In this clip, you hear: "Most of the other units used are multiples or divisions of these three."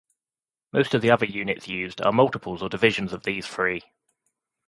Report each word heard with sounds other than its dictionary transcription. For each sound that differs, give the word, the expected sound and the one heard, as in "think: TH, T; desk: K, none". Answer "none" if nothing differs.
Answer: three: TH, F